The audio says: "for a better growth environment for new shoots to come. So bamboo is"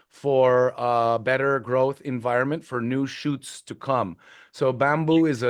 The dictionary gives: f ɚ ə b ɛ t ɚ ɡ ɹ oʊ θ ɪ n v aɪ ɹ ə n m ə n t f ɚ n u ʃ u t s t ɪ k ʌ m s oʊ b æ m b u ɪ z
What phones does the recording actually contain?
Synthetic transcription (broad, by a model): f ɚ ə b ɛ t ɚ ɡ ɹ oʊ θ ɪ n v aɪ ɹ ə n m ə n t f ɚ n u ʃ u t s t ɪ k ʌ m s oʊ b æ m b u ɪ z